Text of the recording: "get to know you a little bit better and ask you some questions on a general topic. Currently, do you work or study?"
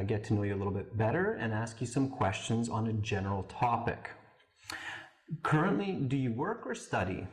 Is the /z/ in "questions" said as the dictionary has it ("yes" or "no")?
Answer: yes